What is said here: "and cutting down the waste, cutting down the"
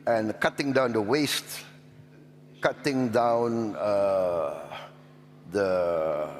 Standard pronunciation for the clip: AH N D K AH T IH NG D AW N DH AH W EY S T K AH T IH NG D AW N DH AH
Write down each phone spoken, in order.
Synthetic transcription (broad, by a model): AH N K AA T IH NG D AW N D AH W EY S T K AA T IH NG D AW N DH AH